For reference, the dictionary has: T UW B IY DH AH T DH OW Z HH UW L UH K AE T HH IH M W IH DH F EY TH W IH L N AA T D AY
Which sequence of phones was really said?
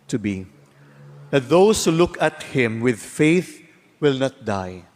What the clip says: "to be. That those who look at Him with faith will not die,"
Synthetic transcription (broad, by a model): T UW B IY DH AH T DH OW S HH UW L UH K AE T HH IH M W IH DH F EY TH W IH L N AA T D AY